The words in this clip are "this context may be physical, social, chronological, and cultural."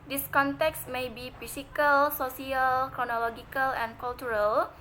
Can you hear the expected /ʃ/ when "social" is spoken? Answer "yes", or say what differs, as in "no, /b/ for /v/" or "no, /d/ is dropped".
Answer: no, /s/ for /ʃ/